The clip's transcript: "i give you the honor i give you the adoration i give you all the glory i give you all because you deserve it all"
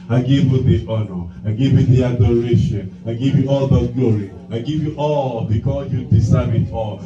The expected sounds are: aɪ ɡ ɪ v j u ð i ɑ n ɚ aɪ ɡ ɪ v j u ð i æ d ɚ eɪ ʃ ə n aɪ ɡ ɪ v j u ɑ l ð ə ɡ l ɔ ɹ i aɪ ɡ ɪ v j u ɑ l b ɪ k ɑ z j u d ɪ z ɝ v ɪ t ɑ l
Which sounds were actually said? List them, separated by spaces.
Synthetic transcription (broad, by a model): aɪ ɡ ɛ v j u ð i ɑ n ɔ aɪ ɡ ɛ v j u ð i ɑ d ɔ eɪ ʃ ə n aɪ ɡ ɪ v j u ɑ l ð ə ɡ l ɔ ɹ i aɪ ɡ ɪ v j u ɑ l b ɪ k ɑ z j u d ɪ s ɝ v ɪ t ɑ l